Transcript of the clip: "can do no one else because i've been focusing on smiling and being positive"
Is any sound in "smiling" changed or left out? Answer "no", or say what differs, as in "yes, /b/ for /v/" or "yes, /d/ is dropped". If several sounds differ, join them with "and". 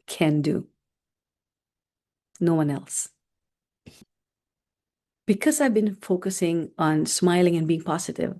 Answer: no